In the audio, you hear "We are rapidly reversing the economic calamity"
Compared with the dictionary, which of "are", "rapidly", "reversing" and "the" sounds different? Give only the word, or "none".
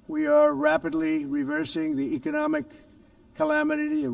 none